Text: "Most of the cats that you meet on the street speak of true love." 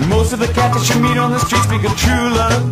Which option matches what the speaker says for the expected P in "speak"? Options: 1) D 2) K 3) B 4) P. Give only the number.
3